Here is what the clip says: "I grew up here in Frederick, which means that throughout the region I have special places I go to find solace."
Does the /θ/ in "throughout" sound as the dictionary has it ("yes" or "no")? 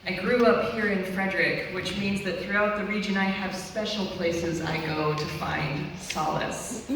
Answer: yes